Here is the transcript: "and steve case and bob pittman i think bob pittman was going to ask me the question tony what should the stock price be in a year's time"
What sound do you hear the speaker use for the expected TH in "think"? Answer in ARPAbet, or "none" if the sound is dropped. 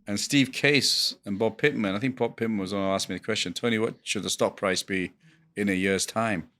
TH